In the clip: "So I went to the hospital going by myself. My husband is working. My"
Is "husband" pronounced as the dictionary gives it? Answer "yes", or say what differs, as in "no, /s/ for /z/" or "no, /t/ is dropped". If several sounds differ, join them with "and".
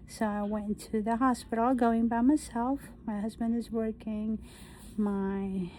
yes